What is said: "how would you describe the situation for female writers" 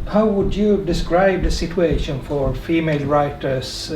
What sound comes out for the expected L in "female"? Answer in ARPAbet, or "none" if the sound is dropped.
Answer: L